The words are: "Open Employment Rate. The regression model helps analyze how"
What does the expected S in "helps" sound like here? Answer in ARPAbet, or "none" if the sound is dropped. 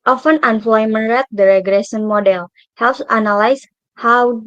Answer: S